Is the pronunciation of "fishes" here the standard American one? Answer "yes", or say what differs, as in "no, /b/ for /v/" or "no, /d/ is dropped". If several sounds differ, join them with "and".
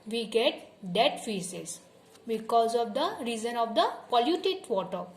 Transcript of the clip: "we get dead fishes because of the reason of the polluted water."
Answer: no, /s/ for /ʃ/